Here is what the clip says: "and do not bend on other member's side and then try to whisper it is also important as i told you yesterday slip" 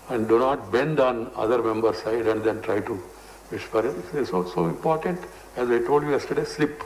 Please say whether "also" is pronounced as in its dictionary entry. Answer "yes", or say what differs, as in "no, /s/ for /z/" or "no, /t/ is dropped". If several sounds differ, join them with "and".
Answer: no, /l/ is dropped